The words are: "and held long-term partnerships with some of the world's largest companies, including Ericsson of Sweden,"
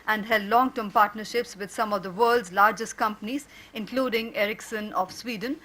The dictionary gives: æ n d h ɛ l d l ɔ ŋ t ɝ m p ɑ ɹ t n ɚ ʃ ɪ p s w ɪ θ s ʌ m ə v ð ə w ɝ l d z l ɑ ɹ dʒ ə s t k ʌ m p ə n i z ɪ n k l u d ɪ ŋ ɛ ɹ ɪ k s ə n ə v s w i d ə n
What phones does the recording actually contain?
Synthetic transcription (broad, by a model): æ n d h ɛ l d l ɔ ŋ t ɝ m p ɑ ɹ t n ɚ ʃ ɪ p s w ɪ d s ʌ m ə v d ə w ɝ l d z l ɑ ɹ dʒ ə s t k ʌ m p ə n i z ɪ n k l u d ɪ ŋ ɛ ɹ ɪ k s ə n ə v s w i d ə n